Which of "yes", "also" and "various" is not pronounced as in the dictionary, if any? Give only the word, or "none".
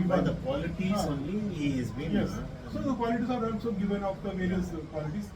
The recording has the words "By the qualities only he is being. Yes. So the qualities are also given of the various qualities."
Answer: various